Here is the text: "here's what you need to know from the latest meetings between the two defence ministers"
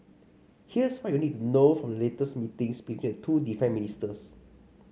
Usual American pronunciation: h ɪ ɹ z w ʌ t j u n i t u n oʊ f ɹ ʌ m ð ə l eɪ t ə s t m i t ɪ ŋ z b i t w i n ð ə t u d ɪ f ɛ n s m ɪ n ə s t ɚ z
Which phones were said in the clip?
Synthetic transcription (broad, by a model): h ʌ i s w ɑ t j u n i t u n oʊ f ɹ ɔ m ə l eɪ t ə s m i t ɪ ŋ s b i t w i n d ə t u d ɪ f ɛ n m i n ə s t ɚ s